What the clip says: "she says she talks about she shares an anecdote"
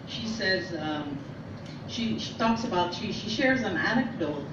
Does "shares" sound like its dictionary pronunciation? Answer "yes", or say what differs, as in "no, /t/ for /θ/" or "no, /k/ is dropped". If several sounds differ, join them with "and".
yes